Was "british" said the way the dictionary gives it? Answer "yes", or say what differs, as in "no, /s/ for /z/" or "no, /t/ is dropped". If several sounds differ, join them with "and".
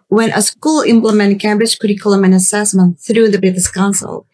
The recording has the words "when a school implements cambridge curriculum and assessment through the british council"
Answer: no, /s/ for /ʃ/